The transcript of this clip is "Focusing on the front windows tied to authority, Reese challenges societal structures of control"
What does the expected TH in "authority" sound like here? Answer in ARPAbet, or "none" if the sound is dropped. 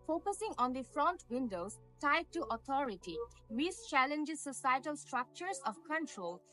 T